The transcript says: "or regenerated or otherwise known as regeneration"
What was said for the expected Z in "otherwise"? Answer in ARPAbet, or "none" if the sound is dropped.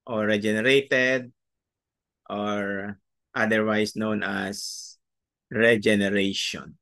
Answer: S